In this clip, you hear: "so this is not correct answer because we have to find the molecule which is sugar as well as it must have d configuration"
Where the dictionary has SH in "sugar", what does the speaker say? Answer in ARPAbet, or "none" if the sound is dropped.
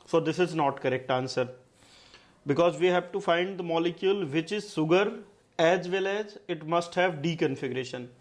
S